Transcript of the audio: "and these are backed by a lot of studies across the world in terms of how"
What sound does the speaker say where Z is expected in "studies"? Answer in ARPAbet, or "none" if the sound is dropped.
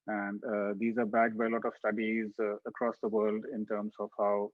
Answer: Z